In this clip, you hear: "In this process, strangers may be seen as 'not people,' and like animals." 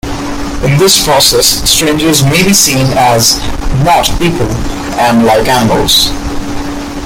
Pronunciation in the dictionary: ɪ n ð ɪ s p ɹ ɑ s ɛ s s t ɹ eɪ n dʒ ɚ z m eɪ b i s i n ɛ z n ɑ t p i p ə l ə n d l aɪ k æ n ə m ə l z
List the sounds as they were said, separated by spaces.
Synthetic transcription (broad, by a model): ɪ n ð ɪ s p ɹ ɑ s ɛ s s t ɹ eɪ n dʒ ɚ z m eɪ b i s i n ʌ z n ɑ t p i p ə l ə n l aɪ k æ n ə m ə l z